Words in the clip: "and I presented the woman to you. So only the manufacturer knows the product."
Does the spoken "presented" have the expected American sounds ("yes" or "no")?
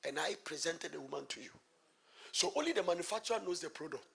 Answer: yes